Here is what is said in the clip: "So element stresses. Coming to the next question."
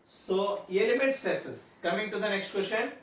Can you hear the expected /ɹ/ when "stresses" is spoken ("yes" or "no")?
no